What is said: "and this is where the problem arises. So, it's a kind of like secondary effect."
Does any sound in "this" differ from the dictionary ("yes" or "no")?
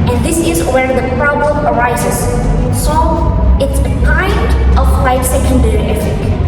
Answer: no